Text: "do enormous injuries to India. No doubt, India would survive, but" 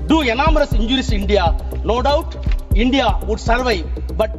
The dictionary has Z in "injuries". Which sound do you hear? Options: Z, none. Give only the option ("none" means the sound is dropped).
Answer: none